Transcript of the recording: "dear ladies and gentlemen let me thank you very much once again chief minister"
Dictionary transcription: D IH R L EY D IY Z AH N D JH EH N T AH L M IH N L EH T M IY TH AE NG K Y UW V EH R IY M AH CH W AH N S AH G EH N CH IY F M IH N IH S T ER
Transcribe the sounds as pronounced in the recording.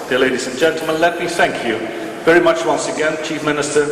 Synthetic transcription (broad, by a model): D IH L EY D IY Z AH N JH EH N T L M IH N L EH T M IY TH AE NG K Y UW V EH R IY M AH CH W AH N S AH G EH N CH IY F M IH N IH S T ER